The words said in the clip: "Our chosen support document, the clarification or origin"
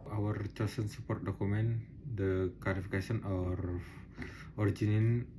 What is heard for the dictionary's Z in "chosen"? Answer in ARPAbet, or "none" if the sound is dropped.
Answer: S